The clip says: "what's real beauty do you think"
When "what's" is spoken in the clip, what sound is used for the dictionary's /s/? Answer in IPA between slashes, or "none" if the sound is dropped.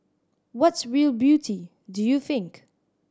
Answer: /s/